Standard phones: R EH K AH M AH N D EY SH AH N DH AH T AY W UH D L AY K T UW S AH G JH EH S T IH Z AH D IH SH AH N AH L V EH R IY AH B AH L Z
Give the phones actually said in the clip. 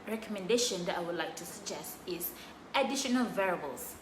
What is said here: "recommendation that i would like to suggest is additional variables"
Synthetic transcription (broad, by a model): R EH K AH M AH N D EY SH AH N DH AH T AY W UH D L AY K T UW S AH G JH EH S T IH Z AH D IH SH AH N AH L V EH R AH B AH L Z